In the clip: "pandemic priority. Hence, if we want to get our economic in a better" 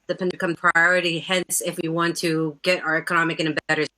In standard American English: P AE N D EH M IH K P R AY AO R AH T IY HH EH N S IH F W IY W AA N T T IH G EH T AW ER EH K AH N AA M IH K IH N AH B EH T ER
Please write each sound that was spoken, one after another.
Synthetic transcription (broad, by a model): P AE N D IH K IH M P R AY AO R AH T IY HH EH N S IH F W IY W AA N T T IH G EH T AW ER EH K AH N AA M IH K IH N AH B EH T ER